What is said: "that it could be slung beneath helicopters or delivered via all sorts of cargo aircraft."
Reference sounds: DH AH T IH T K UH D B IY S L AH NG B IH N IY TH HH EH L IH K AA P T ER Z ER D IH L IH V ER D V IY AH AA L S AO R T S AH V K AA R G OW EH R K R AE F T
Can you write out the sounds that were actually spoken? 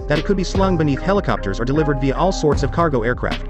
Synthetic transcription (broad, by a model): DH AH T IH T K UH D B IY S L AH NG B IH N IY TH HH EH L IH K AA P T ER Z ER D IH L IH V ER D V IY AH AA L S AO R T S AH V K AA R G OW EH R K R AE F T